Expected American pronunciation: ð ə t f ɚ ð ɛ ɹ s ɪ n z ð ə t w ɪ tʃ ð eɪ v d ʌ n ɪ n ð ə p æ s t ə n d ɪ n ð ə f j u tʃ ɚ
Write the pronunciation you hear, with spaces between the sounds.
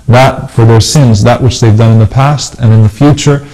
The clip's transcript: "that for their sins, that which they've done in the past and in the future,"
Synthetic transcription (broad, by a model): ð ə t f ɚ ð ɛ ɹ s ɪ n z ð ə t w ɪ tʃ ð eɪ v d ʌ n ɪ n ð ə p æ s t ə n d ɪ n ð ə f j u tʃ ɚ